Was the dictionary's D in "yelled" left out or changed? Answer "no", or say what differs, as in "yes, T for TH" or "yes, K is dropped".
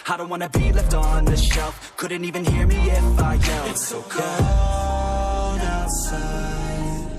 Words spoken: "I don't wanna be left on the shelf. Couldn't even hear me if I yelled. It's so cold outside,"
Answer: yes, D is dropped